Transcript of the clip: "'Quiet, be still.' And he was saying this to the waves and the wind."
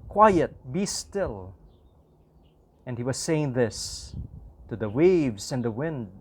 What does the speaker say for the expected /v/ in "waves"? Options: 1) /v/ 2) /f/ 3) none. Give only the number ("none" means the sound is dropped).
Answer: 1